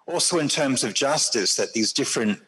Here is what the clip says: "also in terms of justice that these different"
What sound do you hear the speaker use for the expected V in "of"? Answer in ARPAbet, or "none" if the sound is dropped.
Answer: V